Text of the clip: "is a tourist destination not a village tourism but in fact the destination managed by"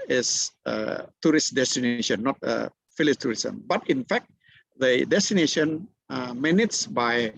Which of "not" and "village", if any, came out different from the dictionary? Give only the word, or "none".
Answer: village